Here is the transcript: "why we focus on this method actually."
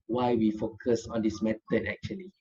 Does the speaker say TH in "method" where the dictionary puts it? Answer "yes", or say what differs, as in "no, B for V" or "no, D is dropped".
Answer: no, T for TH